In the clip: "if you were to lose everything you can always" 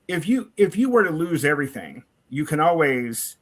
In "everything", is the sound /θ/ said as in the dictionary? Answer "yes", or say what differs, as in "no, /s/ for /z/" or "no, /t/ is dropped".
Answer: yes